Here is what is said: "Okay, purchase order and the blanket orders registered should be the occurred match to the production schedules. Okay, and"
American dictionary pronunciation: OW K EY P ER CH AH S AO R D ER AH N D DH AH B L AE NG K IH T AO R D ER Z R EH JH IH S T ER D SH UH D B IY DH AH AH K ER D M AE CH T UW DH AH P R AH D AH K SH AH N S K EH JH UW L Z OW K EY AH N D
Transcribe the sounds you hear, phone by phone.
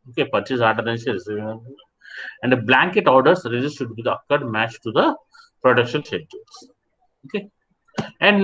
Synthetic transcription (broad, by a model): OW K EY P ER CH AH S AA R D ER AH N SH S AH B L AE NG K IH T AO R D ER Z R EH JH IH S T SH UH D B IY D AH AH K ER D M AE CH T UW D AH P R AH D AH K SH AH N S EH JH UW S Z OW K EY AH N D